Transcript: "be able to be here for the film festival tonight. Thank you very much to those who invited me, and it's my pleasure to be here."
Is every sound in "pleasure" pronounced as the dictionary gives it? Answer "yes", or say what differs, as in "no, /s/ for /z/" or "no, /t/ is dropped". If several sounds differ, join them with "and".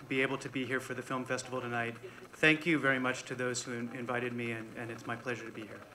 yes